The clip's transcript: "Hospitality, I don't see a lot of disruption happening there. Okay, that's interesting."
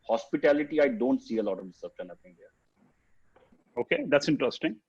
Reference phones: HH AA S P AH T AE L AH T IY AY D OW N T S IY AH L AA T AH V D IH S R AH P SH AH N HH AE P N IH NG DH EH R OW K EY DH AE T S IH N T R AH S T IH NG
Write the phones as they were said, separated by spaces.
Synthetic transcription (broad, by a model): HH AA S P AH T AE L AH T IY AY D OW N T S IY AH L AA T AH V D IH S AH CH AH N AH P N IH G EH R OW K EY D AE T S IH N T R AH S T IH NG